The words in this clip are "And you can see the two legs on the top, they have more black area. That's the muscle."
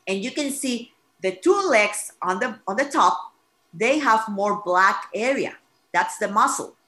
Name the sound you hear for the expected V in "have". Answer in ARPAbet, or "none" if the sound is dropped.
V